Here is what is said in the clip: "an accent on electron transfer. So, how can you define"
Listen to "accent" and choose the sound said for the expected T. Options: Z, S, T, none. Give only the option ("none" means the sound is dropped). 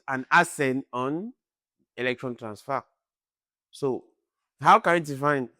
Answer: none